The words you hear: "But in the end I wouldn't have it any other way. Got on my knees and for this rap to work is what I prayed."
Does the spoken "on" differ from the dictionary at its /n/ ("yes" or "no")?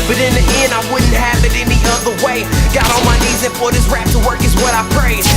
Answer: yes